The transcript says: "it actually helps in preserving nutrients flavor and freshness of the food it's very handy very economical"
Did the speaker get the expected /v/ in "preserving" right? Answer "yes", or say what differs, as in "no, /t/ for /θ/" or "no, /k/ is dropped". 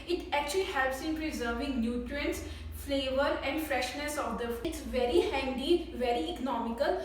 yes